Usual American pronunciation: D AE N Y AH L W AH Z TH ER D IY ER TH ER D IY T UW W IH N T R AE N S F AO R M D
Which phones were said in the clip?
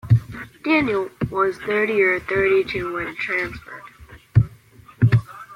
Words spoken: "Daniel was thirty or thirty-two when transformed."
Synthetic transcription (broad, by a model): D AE N Y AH L W AH Z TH ER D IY ER TH ER D IY T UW W IH N T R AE N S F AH R D